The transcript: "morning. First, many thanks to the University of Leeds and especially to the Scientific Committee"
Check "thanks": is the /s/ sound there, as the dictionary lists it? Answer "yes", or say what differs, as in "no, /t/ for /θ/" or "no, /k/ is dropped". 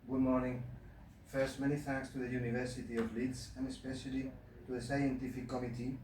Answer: yes